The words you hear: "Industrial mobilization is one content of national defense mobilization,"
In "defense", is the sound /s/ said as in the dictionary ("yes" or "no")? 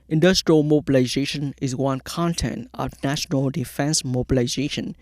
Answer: yes